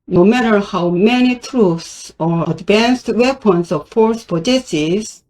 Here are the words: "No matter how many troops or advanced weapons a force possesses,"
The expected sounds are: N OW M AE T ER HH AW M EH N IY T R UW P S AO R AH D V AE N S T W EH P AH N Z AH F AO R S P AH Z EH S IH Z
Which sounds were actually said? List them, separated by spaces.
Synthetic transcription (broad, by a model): N OW M AE T ER HH AW M EH N IY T R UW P S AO R AH D V AE N S T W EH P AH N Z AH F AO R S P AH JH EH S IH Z